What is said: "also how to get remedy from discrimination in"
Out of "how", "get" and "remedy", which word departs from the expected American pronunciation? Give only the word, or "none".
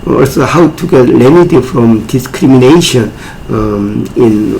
remedy